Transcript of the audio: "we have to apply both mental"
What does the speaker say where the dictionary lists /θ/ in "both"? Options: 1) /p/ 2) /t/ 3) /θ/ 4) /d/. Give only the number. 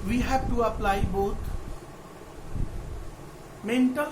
2